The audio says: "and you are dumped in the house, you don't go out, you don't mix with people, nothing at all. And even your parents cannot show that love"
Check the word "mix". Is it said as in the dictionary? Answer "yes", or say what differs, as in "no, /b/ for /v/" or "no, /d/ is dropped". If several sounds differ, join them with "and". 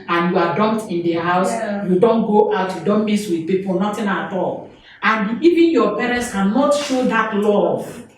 no, /k/ is dropped